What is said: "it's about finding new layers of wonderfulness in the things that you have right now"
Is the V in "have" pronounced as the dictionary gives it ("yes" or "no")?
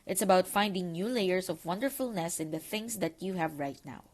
yes